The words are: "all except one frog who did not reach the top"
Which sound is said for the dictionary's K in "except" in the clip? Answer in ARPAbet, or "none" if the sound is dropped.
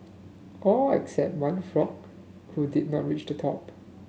K